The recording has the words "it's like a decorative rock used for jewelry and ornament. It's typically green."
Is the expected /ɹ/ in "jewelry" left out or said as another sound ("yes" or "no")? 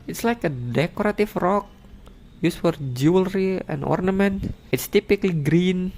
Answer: no